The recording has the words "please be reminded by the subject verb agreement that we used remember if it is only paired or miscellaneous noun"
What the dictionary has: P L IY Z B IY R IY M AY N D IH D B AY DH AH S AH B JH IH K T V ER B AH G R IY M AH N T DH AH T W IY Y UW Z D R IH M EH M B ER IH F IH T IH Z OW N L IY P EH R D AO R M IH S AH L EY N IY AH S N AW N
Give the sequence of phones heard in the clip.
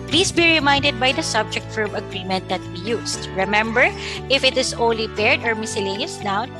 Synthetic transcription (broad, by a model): P L IY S B IY R IY M AY N D IH D B AY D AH S AH B JH IH K T F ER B AH G R IY M AH N T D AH T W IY Y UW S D R IH M EH M B ER IH F IH T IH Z OW N L IY P EH R D AO R M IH S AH L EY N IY S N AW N